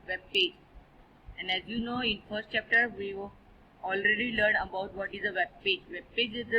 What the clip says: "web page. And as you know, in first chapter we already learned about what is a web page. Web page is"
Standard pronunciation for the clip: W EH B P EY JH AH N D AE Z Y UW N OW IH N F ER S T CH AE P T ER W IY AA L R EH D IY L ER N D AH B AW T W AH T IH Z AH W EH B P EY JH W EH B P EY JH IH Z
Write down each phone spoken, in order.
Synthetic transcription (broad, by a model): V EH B P EY JH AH N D AE Z Y UW N OW IH N F ER S T CH AE P T ER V IY AA L R EH D IY L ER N AH B AW T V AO T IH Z AH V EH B P EY JH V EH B P EY JH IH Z